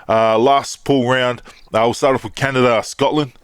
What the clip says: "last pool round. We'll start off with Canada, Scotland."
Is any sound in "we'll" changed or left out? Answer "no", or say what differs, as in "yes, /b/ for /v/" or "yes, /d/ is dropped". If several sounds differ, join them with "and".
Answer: yes, /w/ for /l/